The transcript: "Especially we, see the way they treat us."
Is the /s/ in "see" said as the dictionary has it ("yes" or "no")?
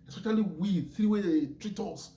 no